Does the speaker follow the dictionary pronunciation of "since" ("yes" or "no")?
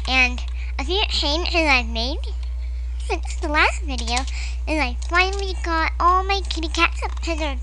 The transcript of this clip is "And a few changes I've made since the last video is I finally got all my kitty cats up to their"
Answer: no